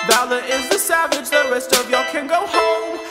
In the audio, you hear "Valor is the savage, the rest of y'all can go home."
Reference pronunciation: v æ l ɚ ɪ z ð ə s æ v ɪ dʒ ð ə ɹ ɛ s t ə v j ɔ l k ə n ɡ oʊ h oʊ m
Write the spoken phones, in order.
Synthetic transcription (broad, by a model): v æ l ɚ ɪ z ð ə s æ v ɪ dʒ ð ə ɹ ɛ s t ə v j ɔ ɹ k ə n ɡ oʊ h oʊ m